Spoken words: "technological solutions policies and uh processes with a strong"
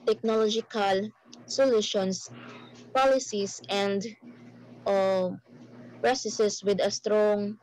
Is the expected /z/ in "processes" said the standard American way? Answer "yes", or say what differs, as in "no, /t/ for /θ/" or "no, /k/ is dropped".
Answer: no, /s/ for /z/